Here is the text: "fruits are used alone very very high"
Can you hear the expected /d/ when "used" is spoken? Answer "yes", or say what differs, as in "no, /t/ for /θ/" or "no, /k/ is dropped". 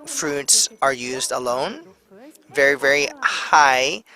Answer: yes